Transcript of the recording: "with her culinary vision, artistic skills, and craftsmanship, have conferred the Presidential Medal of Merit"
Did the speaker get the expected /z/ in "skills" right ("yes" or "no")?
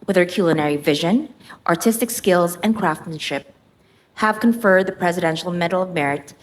yes